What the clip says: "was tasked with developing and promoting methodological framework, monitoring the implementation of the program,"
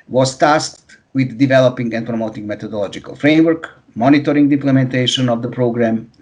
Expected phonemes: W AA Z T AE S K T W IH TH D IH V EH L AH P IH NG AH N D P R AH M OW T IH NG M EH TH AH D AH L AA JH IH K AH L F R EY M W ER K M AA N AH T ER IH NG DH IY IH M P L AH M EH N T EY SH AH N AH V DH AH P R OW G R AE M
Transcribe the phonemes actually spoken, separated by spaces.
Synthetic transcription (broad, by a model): W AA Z T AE S K T W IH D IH V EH L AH P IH NG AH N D P R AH M OW T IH NG M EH T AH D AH L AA JH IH K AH L F R EY M W ER K M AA N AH T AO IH NG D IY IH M P L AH M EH N T EY SH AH N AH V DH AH P R OW G R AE M